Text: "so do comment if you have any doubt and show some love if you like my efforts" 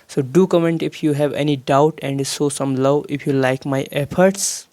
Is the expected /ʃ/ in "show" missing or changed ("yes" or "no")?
yes